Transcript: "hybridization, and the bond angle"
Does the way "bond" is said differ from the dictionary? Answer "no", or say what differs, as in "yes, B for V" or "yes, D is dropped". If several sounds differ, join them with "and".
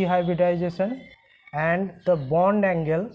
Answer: no